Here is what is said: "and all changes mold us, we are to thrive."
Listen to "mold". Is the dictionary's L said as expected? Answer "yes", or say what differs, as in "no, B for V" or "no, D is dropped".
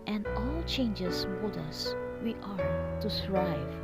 no, L is dropped